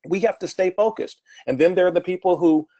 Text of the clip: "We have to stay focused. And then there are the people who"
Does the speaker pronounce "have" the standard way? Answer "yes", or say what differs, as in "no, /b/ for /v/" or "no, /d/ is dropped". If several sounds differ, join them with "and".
no, /f/ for /v/